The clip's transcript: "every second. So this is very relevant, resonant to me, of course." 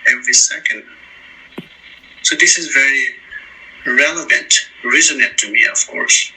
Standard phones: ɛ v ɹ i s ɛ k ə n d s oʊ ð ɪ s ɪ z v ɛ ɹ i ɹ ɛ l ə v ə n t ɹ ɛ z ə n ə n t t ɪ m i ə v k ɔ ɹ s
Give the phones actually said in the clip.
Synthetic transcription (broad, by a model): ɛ v ɹ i s ɛ k ə n d s oʊ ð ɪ s ɪ z v ɛ ɹ i ɹ ɛ l ə v ə n t ɹ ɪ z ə n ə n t t ɪ m i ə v k ɔ ɹ s